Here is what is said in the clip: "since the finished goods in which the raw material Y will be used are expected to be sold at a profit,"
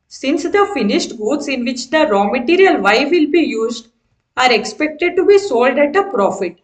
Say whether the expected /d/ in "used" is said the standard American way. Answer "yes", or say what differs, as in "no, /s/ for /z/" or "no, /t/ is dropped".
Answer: yes